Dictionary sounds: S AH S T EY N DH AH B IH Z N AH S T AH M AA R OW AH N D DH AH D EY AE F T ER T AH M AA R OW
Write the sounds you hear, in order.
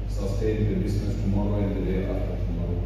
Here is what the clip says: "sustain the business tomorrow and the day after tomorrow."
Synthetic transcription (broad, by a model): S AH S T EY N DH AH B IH S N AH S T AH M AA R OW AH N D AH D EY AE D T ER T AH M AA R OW